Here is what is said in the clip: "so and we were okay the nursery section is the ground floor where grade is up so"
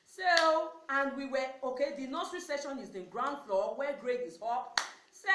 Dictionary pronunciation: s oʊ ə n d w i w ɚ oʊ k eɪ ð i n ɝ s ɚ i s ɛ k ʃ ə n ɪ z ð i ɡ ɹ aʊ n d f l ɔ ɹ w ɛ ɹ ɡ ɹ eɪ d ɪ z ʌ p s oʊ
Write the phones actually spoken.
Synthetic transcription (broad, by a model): s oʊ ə n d w i w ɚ oʊ k eɪ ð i n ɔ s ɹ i s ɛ ʃ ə n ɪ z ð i ɡ ɹ aʊ n d f l ɔ w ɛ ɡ ɹ eɪ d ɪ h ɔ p s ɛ